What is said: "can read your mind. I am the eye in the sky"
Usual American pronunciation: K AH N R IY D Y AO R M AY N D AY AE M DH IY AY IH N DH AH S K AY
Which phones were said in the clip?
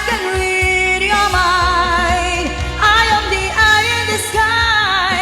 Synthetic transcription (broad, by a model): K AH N L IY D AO M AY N AY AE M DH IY AY IH N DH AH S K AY